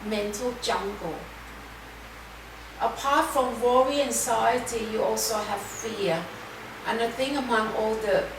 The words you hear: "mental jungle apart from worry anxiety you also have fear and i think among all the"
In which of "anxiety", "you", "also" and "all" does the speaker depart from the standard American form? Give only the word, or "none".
anxiety